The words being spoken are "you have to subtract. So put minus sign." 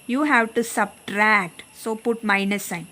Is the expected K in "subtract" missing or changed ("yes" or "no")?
no